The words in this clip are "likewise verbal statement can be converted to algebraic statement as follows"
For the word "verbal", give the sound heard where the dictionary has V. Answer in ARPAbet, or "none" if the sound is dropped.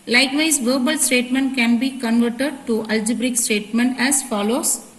V